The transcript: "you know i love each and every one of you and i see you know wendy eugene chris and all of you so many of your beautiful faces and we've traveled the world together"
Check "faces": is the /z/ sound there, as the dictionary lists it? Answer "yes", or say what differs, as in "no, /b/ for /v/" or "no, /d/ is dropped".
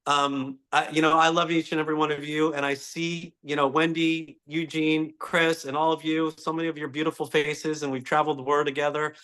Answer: yes